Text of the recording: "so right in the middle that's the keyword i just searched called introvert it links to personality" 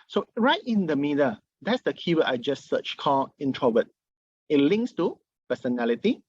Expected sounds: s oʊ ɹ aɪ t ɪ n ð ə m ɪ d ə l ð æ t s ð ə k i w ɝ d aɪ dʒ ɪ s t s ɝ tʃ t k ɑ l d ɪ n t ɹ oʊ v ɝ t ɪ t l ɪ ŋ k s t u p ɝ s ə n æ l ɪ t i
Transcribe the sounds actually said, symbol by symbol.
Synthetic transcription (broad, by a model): s oʊ ɹ aɪ t ɪ n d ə m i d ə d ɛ t s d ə k i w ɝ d aɪ dʒ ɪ s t s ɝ tʃ k ɑ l ɪ n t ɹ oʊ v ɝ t ɪ t l ɪ ŋ k s t u p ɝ s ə n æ l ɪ t i